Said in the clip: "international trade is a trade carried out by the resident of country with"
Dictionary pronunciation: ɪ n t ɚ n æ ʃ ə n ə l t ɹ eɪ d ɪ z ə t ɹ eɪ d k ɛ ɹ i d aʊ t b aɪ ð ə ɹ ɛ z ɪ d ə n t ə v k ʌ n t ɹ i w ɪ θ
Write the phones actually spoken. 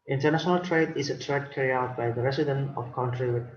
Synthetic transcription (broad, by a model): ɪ n t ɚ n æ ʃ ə n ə l t ɹ eɪ d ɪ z ə t ɹ eɪ d k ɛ ɹ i aʊ t b aɪ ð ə ɹ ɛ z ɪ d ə n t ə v k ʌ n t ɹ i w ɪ